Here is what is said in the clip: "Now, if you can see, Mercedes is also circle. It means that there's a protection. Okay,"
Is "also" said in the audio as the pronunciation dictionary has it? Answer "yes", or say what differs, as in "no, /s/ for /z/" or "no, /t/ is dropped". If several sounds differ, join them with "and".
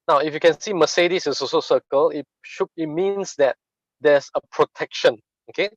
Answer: no, /l/ is dropped